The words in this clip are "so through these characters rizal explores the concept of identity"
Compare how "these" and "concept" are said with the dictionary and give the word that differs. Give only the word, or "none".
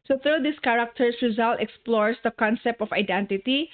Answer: these